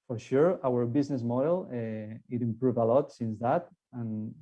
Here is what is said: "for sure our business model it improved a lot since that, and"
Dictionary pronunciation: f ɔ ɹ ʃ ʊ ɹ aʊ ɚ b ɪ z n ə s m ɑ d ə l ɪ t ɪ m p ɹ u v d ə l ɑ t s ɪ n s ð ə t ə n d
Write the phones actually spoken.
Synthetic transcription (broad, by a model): f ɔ ɹ ʃ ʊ ɹ aʊ ɚ b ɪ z n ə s m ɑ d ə l ɪ t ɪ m p ɹ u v ə l ɑ t s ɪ n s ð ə t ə n